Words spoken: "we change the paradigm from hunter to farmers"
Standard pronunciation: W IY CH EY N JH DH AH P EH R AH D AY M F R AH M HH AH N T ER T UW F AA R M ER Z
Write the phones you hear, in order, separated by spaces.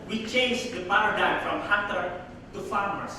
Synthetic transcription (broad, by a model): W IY CH EY N JH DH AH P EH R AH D AY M F R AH M HH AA T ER T UW F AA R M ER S